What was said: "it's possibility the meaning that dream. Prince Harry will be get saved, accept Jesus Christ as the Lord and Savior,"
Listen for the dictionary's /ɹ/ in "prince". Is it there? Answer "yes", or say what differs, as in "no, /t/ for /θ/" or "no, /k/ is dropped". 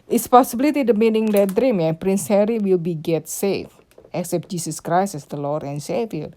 yes